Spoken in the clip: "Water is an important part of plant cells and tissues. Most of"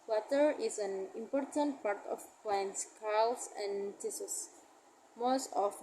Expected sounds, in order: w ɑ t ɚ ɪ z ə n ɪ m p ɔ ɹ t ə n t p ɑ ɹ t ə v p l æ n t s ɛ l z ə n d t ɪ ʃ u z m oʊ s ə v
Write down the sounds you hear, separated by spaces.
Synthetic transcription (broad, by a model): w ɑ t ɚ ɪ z ə n ɪ m p ɔ ɹ t ə n t p ɑ ɹ t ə f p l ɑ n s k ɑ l s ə n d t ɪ s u s m oʊ s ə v